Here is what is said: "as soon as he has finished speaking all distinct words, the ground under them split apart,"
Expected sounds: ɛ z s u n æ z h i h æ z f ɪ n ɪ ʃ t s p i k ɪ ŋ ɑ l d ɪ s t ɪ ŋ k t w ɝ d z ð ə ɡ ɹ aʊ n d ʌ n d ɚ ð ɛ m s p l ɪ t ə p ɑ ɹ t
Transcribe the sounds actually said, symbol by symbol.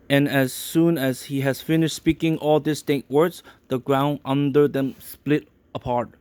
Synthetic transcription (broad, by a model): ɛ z s u n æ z h i h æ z f ɪ n ɪ ʃ t s p i k ɪ ŋ ɑ l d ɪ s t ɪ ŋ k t w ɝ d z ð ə ɡ ɹ aʊ n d ʌ n d ɚ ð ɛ m s p l ɪ t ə p ɑ ɹ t